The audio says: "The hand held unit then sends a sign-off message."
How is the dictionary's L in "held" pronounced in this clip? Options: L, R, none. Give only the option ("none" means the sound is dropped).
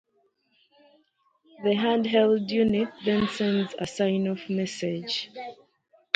L